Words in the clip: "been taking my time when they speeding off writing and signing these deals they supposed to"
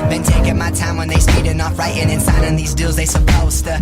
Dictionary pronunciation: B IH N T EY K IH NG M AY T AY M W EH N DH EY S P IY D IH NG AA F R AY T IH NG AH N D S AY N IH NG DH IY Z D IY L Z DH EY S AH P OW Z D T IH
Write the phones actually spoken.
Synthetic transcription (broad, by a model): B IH N T EY K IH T M AY T AY M W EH N DH EY S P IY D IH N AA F R AY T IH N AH N S AY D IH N DH IY Z D IY L Z DH EY S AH P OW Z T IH